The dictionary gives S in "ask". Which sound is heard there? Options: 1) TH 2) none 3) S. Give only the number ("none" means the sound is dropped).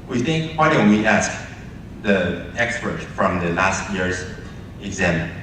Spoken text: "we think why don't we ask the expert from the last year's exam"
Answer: 3